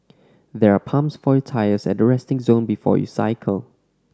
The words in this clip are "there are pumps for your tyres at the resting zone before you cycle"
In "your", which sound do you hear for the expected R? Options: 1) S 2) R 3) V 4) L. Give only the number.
4